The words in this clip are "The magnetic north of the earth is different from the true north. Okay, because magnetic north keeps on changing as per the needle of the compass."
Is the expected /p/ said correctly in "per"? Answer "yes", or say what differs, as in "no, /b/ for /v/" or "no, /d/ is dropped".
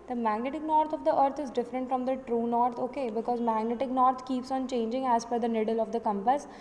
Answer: no, /f/ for /p/